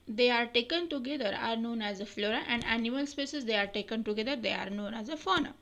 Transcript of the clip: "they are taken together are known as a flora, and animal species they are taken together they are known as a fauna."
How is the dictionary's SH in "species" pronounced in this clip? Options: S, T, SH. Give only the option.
S